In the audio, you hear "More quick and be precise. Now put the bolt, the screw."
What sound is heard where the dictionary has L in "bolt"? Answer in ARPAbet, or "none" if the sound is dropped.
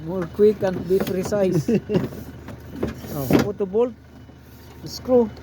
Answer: L